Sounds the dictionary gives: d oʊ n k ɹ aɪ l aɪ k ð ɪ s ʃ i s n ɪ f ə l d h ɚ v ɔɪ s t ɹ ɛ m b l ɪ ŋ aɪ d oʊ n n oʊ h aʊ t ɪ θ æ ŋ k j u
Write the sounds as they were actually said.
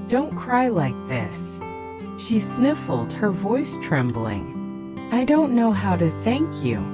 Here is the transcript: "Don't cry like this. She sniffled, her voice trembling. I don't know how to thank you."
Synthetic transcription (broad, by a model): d oʊ n k ɹ aɪ l aɪ k ð ɪ s ʃ i s n ɪ f l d h ɚ v ɔɪ s t ɹ ɛ m b l ɪ ŋ aɪ d oʊ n n oʊ h aʊ t ɪ θ æ ŋ k j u